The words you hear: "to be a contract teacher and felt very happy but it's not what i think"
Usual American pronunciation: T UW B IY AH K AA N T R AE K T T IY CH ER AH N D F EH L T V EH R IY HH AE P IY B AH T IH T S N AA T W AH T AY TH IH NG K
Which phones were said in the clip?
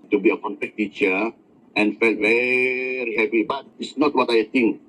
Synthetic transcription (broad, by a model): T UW B IY AH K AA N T EH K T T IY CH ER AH N F EH L T V EH R IY HH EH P IY B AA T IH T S N AA T W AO T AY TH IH NG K